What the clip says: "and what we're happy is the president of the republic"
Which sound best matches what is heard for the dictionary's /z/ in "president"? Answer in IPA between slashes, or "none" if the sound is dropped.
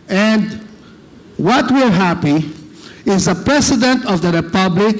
/s/